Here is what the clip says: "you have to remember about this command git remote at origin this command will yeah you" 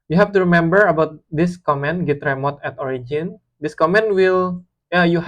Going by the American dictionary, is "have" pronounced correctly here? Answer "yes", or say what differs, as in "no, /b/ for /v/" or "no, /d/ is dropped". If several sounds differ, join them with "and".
no, /f/ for /v/